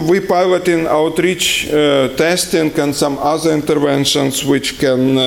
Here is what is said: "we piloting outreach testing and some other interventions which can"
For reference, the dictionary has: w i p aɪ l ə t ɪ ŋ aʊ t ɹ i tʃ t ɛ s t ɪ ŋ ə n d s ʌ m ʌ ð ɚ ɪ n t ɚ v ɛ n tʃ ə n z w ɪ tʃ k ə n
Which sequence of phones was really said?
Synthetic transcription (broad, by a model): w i p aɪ l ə t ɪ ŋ aʊ t ɹ i tʃ t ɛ s t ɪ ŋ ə n s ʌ m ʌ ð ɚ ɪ n t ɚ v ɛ n ʃ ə n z w ɪ tʃ k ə n